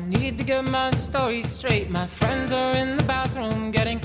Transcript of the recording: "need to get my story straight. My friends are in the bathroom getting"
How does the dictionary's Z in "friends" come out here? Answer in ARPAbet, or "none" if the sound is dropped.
Z